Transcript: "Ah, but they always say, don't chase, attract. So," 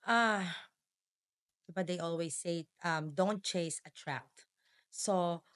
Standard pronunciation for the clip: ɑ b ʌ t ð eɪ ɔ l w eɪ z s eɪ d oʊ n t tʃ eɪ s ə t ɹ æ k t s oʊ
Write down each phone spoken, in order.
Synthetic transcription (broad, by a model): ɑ b ʌ t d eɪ ɔ l w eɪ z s eɪ d oʊ n t tʃ eɪ s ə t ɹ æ t s oʊ